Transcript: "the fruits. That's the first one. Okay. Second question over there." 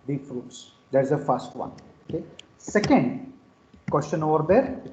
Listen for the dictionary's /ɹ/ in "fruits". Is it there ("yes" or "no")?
yes